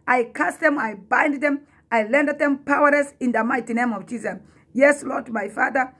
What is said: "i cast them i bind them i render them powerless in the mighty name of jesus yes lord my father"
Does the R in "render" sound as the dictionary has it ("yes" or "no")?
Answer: no